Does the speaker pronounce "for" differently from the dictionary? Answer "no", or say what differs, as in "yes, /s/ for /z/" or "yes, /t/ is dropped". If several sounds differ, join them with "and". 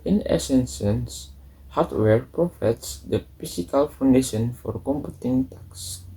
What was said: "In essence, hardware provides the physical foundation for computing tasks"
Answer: no